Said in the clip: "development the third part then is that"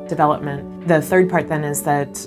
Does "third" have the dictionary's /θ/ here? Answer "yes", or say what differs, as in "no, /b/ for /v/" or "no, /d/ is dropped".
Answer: yes